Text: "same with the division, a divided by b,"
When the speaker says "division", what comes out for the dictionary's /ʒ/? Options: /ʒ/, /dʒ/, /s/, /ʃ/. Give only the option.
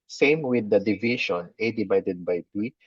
/ʃ/